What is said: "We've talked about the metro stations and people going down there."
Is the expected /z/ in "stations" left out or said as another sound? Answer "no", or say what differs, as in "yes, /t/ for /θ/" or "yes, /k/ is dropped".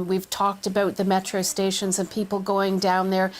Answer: no